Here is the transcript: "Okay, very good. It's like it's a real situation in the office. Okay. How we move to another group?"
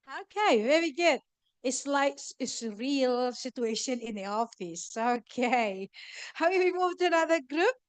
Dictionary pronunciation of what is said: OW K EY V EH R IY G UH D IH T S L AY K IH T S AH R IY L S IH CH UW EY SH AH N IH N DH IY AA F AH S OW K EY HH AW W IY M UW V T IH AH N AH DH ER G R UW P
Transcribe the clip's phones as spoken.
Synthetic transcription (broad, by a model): OW K EY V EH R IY G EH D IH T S L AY IH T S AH R IY L S IH CH UW EY SH AH N IH N DH IY AA F AH S OW K EY HH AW W IY M UW V T IH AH N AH DH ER G R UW P